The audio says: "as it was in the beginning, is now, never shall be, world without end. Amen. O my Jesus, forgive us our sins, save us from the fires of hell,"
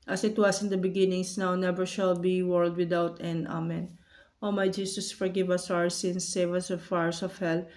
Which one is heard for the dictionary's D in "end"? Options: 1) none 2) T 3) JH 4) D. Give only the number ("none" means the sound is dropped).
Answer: 1